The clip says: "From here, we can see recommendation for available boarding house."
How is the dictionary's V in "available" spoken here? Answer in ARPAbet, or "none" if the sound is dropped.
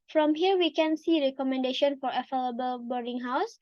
F